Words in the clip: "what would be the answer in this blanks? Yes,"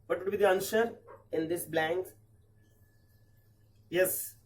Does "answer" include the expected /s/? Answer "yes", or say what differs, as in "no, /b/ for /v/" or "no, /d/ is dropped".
no, /ʃ/ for /s/